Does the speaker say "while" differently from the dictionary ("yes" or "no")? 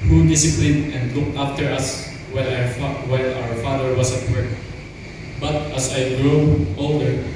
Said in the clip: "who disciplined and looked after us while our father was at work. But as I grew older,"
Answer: yes